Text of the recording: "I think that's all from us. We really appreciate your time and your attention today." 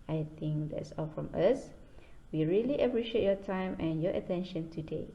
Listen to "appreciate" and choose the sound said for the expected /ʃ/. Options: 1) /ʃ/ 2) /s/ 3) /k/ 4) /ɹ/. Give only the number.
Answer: 1